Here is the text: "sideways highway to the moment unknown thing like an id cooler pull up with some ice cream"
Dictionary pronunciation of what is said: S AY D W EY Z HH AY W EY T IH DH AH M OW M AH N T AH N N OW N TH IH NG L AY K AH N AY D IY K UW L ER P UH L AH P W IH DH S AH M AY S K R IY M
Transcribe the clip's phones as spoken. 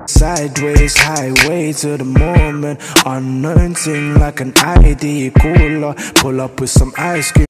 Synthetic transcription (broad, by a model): S AY D W EY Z HH AY W EY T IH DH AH M OW M AH N T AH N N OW N S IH NG L AY K AH N AY D IY K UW L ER P UH L AH P W IH DH S AH M AY S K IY